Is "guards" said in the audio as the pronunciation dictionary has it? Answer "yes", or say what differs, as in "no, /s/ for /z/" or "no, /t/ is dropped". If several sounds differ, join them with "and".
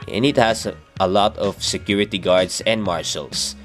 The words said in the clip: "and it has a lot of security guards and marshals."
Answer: no, /s/ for /z/